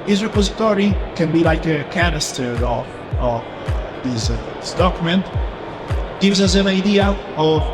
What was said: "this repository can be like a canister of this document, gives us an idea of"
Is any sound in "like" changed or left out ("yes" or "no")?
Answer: no